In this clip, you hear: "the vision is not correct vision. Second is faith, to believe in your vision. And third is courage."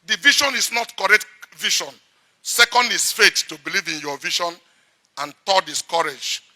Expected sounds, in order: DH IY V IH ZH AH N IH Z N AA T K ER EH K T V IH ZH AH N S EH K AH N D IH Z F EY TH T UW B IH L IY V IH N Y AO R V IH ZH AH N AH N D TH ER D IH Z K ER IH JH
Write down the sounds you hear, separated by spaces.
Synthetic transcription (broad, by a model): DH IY V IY SH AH N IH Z N AA T K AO EH K T V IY SH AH N S EH K AH N D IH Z F EY T T UW B IH L IY V IH N Y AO V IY SH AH N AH N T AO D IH S K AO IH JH